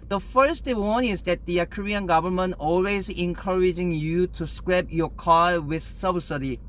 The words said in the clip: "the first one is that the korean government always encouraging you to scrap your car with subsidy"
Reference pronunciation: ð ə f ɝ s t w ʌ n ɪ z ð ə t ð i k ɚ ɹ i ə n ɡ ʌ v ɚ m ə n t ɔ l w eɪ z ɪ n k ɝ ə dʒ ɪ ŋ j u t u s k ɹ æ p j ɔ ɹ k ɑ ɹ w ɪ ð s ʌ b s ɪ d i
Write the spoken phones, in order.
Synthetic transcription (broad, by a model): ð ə f ɝ s t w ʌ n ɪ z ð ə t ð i k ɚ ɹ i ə n ɡ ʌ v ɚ m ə n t ɔ l w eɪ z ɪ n k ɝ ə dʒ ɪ ŋ j u t u s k ɹ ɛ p j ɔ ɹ k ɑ l w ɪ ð s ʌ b s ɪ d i